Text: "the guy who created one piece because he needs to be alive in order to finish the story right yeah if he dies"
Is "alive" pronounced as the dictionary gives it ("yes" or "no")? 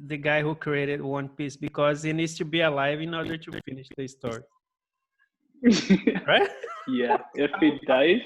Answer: yes